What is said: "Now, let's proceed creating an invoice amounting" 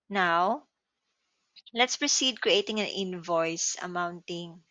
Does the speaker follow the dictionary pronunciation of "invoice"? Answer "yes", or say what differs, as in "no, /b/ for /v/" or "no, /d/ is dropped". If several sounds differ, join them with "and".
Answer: yes